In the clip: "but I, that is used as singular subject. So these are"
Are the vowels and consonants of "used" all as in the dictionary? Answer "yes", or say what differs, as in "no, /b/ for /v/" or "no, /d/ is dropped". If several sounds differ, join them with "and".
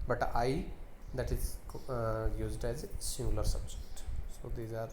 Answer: yes